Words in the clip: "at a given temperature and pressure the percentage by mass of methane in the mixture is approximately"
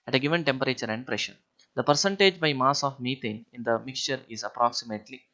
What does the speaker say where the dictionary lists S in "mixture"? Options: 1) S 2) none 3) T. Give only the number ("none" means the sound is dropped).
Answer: 1